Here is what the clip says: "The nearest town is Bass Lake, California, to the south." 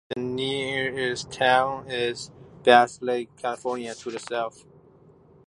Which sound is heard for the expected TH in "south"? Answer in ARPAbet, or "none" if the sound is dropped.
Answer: F